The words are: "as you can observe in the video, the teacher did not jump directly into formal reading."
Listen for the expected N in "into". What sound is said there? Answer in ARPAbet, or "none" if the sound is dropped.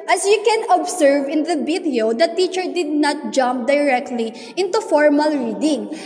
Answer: N